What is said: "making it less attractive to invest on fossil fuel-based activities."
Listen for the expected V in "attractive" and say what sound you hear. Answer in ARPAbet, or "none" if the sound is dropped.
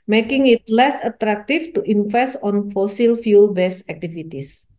F